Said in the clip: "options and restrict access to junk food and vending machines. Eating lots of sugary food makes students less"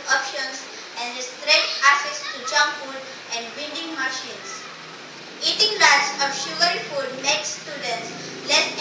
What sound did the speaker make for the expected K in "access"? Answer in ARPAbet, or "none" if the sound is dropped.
none